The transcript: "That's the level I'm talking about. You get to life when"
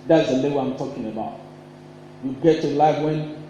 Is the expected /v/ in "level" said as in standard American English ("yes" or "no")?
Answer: no